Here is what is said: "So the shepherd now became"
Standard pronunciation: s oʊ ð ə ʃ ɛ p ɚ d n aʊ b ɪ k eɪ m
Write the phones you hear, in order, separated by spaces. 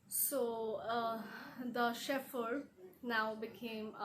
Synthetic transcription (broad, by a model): s oʊ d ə ʃ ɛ f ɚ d n aʊ b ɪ k eɪ m